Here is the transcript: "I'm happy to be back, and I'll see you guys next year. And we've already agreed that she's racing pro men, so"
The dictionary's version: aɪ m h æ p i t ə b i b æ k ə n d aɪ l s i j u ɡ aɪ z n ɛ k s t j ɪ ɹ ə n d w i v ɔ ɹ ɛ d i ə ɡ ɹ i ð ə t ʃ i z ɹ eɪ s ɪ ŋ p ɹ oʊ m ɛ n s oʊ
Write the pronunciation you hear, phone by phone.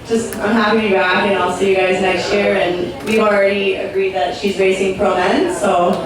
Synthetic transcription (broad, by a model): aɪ m h æ p i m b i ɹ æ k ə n aɪ l s i j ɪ ɡ aɪ z n ɛ k s t j ɪ ɹ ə n w i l ɹ ɛ d i ə ɡ ɹ i ð ə t ʃ i z ɹ eɪ s ɪ ŋ p ɹ oʊ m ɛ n s oʊ